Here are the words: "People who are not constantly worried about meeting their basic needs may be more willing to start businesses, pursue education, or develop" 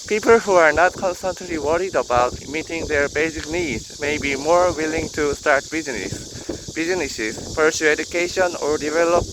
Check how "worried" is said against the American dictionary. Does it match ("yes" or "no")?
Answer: yes